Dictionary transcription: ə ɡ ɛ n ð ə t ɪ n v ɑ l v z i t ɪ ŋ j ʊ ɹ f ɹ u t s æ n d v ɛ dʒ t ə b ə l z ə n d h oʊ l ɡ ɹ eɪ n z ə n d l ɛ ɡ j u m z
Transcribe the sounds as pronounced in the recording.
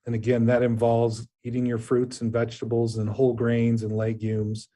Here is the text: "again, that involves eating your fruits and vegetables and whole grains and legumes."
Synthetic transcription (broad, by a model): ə ɡ ɛ n ð ə t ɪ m v ɑ l v z i t ɪ ŋ j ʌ ɹ f ɹ u t s n v ɛ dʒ t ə b l z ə n h oʊ l ɡ ɹ eɪ n z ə n l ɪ ɡ j u m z